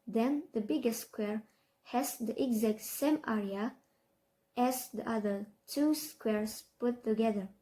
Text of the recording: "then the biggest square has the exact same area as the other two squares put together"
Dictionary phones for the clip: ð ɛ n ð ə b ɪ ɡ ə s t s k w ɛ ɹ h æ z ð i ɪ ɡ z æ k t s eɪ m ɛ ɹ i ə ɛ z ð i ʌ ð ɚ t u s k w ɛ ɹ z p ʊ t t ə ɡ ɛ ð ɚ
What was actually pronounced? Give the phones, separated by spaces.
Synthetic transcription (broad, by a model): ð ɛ n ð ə b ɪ ɡ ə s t s k w ɛ ɹ h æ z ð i ɪ ɡ z æ k t s eɪ m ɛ ɹ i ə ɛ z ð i ʌ ð ɚ t u s k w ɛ ɹ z p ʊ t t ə ɡ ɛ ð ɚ